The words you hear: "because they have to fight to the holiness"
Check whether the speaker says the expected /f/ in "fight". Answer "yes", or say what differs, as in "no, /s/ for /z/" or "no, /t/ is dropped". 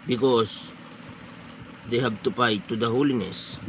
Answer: no, /p/ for /f/